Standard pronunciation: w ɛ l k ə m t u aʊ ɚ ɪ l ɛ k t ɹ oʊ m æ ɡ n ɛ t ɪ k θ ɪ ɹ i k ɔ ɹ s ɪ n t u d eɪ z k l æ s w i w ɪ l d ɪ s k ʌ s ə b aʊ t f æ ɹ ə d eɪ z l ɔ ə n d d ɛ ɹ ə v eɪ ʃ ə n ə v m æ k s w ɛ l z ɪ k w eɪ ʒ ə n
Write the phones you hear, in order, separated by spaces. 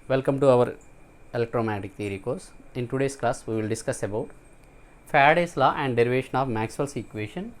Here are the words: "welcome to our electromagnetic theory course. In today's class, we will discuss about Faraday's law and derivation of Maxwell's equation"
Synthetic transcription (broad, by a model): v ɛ l k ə m t u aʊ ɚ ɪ l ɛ k t ɹ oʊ m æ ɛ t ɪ k t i ɹ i k ɔ ɹ s ɪ n t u d eɪ s k l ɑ s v i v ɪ l d ɪ s k ʌ s ə b aʊ t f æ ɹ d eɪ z l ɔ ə n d d ɛ ɹ ə v eɪ ʃ ə n ə v m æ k s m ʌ l s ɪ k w eɪ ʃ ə n